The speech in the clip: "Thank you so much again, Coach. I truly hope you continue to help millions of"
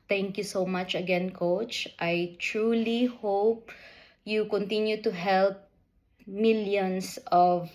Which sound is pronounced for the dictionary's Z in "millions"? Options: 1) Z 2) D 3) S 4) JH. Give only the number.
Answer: 3